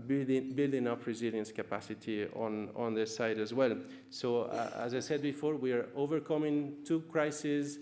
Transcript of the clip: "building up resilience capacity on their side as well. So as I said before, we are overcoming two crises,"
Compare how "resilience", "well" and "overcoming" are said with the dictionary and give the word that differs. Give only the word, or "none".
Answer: none